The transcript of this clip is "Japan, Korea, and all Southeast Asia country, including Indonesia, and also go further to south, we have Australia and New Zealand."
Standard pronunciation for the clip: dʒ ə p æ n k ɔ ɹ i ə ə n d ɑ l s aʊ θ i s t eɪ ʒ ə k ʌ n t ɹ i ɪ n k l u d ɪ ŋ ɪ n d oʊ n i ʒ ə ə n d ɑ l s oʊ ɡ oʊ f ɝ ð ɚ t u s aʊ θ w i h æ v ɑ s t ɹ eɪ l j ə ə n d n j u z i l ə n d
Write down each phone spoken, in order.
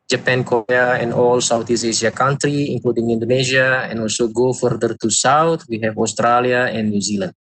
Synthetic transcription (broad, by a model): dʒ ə p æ n k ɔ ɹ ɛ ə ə n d ɑ l s aʊ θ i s eɪ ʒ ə k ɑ n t ɹ i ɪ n k l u d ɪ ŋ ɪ n d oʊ n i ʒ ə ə n ɑ l s oʊ ɡ oʊ f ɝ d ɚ t u s aʊ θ w i h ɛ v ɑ s t ɹ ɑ l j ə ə n n j u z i l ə n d